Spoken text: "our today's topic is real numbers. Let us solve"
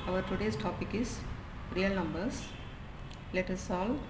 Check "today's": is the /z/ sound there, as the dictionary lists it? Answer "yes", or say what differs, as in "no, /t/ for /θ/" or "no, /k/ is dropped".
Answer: no, /s/ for /z/